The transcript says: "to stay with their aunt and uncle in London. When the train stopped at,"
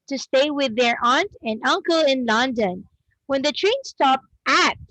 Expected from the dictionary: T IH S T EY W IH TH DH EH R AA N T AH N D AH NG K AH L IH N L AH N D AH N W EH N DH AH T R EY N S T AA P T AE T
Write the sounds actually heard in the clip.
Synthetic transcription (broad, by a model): T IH S T EY W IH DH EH R AA N T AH N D AH NG K AH L IH N L AH N D AH N W EH N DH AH T R EY N S T AA P T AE T